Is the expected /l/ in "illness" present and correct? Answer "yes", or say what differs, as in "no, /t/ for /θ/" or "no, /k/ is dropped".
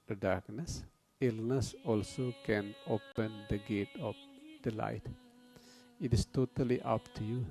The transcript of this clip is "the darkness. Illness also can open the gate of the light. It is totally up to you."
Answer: yes